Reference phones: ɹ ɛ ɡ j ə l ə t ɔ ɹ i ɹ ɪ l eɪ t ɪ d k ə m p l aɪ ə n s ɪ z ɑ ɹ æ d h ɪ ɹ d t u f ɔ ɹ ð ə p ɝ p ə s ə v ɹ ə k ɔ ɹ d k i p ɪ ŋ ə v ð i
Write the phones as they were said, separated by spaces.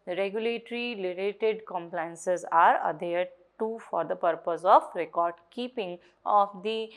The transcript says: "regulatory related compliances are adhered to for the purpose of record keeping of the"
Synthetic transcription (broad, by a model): ɹ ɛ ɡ j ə l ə t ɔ ɹ i l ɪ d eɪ t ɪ d k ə m p l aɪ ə n s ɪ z ɑ ɹ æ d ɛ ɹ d t u f ɔ ɹ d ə p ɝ p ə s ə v ɹ ə k ɔ ɹ d k i p ɪ ŋ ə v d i